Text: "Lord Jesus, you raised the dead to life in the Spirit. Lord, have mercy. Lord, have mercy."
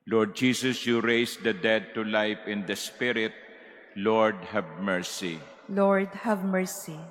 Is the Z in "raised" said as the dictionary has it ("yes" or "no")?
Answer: no